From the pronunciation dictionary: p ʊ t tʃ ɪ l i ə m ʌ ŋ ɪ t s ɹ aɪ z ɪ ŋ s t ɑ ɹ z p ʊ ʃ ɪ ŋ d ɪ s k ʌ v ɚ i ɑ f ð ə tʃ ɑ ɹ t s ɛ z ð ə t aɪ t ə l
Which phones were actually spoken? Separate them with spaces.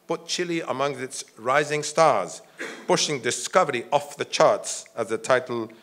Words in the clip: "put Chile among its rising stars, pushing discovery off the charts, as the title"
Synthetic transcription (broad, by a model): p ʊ t tʃ ɪ l i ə m ʌ ŋ ɪ t s ɹ aɪ z ɪ ŋ s t ɑ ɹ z p ʊ ʃ ɪ ŋ d ɪ s k ʌ v ɚ i ɑ f ð ə tʃ ɑ ɹ t s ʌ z ð ə t aɪ t l